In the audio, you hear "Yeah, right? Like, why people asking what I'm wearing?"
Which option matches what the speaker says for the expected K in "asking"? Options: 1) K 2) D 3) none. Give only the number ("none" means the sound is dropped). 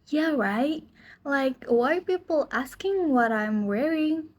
1